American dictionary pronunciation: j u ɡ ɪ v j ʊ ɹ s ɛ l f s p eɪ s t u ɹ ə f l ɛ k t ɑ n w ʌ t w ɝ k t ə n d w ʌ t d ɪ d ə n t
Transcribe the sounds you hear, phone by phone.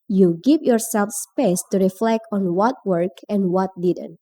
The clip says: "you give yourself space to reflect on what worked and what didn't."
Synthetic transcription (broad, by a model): j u ɡ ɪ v j ʊ ɹ s ɛ l f s p eɪ s t u ɹ ə f l ɛ k t ɑ n w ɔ t w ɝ k ə n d w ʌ t d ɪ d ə n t